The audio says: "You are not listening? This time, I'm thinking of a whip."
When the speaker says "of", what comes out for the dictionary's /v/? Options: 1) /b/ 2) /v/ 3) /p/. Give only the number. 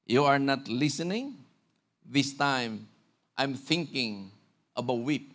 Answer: 1